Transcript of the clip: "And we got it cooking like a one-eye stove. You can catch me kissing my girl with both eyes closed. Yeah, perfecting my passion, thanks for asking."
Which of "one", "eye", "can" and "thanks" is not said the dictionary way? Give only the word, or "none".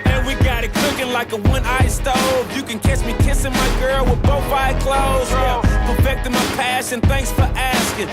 none